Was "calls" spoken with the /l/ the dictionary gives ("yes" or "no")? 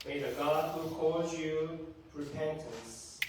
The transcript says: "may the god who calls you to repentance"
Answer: no